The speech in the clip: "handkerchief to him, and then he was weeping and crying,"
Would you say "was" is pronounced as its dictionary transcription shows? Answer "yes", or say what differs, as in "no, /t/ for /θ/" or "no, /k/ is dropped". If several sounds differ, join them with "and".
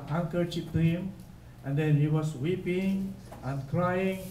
no, /s/ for /z/